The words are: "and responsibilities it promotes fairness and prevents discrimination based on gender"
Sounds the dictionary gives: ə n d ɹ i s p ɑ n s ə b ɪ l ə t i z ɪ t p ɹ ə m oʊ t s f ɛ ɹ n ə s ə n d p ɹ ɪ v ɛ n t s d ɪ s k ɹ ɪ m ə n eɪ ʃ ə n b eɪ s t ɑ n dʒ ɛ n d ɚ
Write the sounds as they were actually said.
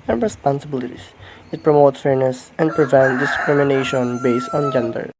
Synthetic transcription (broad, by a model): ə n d ɹ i s p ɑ n s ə b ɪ l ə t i s ɪ t p ɹ ə m oʊ t s f ɛ ɹ n ə s ə n d p ɹ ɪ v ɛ n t d ɪ s k ɹ ɪ m ə n eɪ ʃ ə n b eɪ s t ɑ n dʒ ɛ n d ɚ